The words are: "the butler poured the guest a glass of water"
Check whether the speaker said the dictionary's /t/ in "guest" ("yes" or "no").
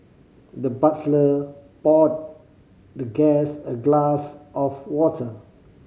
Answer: no